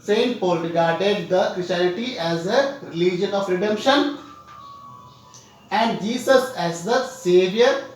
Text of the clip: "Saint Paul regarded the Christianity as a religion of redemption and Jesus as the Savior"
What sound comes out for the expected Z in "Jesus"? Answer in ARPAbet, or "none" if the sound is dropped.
S